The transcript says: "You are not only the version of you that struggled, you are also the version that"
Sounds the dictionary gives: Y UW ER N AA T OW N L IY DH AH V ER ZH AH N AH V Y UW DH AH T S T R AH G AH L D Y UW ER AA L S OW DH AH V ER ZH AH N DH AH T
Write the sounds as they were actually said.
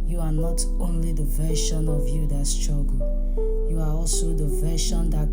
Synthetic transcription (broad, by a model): Y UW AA N AA T OW N L IY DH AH V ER SH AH N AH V Y UW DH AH T S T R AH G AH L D Y UW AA AA L S OW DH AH V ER SH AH N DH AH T